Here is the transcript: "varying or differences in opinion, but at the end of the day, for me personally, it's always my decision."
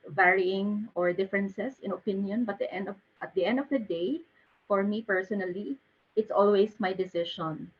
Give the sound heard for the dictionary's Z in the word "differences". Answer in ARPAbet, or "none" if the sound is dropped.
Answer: S